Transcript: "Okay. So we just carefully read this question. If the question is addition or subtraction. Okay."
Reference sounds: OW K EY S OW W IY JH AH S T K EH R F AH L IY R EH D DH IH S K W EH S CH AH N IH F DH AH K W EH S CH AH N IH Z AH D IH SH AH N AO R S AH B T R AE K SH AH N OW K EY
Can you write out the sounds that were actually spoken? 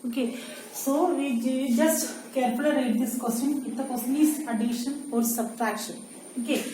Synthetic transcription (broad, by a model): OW K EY S OW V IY JH AH S T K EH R P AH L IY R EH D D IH S K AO S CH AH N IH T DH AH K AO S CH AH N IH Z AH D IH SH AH N AO R S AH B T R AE K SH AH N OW K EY